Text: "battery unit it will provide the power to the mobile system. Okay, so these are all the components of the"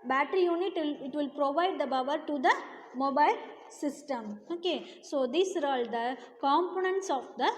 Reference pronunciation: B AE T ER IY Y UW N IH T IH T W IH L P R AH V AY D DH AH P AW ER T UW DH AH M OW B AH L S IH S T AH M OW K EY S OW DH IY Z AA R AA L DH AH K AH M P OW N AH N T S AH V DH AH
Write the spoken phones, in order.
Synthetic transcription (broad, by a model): B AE T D IY Y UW N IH T IH T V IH L P R AH V AY D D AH B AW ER T UW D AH M OW B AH L S IH S T AH M OW K EY S OW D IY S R AA L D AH K AH M P OW N AH N T S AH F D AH